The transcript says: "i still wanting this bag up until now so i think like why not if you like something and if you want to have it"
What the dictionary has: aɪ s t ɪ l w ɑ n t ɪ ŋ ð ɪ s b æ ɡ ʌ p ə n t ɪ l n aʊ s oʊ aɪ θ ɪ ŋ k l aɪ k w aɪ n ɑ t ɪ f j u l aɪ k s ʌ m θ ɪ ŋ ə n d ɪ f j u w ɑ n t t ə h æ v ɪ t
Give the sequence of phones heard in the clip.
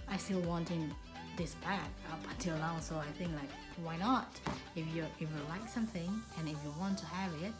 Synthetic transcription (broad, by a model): aɪ s t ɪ l w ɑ n t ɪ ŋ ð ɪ s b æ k ʌ p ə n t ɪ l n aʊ s oʊ aɪ θ ɪ ŋ k l aɪ k w aɪ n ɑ t ɪ f j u l aɪ k s ʌ m θ ɪ ŋ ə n ɪ f j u w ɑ n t t ə h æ v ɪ t